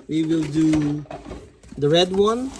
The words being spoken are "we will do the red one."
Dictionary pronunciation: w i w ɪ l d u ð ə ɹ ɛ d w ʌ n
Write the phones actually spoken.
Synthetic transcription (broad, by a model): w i w ɪ l d u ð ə ɹ ɛ d w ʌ n